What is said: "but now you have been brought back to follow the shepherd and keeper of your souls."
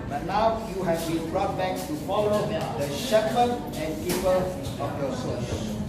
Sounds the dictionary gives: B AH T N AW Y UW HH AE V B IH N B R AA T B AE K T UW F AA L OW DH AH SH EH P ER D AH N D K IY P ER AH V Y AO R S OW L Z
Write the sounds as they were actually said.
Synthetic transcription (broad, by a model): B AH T N AW Y UW HH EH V B IH N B R AA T B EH K T UW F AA L OW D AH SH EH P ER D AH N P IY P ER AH P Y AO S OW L